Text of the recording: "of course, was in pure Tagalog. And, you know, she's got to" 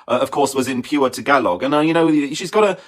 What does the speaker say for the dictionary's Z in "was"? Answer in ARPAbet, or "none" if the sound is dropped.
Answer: Z